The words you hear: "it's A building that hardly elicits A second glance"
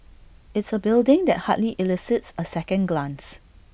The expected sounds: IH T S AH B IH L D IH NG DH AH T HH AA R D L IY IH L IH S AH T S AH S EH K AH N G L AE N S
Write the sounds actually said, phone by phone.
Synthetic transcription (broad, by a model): IH T S AH B IH L D IH NG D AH T HH AA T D L IY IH L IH S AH T S AH S EH K AH N G L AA N S